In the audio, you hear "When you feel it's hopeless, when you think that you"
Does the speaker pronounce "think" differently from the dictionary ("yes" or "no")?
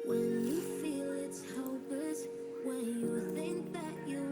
no